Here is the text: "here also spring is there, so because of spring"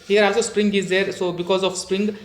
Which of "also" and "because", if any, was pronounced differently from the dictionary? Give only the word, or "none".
also